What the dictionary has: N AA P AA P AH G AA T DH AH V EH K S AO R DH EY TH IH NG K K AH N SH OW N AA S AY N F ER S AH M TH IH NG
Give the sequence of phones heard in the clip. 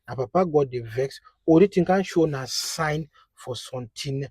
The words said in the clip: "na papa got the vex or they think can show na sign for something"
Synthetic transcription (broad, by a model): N AA P AA P AH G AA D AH V EH K S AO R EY T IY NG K K AH N SH OW N AA S AY N F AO S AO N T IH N